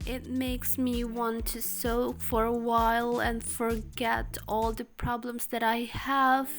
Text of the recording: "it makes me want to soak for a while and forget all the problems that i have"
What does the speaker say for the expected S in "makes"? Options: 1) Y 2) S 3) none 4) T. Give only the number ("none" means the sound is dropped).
2